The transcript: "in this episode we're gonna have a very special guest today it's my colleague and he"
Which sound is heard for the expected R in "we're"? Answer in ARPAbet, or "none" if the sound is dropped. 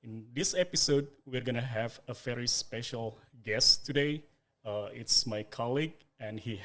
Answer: R